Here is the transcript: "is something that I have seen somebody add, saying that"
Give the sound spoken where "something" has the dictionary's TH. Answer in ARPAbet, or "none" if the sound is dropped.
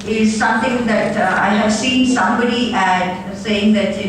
T